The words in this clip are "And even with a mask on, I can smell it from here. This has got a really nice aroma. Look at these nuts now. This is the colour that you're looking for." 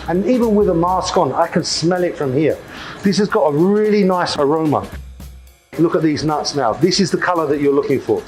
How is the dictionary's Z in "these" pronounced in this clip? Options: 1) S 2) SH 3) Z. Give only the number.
3